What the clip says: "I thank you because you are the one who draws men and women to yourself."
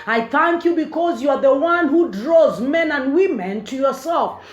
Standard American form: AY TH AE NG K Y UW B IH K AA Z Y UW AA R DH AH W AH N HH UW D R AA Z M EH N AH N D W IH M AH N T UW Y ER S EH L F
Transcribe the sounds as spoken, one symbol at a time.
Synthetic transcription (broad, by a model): AY TH AE NG K Y UW B IH K AA Z Y UW AA R DH AH W AH N HH UW D R AA Z M EH N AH N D W IH M AH N T UW Y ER S EH L F